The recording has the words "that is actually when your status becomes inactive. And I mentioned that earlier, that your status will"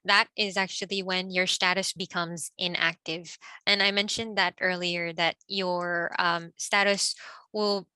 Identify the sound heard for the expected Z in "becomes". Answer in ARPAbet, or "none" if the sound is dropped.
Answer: Z